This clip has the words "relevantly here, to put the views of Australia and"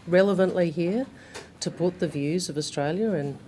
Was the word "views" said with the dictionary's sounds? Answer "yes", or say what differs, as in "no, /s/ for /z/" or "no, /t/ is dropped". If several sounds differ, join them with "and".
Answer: yes